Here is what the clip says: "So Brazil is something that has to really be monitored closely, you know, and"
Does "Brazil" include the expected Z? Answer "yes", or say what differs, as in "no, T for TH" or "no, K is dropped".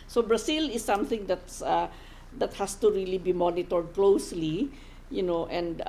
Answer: no, S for Z